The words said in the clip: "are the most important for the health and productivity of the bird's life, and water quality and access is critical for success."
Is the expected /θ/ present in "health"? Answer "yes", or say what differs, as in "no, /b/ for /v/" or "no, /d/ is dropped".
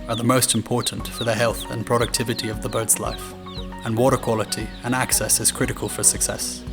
yes